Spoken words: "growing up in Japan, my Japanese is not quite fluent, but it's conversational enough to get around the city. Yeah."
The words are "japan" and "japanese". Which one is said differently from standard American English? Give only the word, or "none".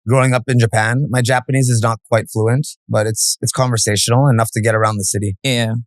none